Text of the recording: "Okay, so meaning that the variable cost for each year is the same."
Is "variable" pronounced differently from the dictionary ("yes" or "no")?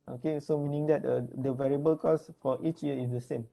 no